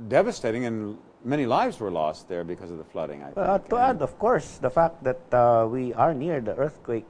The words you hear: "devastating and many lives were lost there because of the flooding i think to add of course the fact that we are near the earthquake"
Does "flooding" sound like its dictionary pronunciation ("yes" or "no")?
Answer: yes